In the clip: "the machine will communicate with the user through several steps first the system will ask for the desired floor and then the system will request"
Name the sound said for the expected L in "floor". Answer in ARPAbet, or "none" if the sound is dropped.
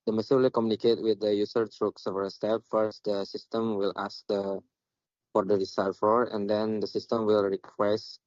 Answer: none